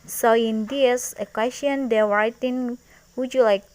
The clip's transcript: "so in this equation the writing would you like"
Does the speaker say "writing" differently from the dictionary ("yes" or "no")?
yes